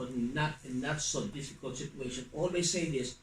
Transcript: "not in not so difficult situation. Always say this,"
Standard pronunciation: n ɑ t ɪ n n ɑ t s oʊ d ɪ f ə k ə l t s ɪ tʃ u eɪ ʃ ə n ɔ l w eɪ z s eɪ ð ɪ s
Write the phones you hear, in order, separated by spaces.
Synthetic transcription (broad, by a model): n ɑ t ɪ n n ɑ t s oʊ d ɪ f ə k ə l t s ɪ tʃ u eɪ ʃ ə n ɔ l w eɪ s eɪ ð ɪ s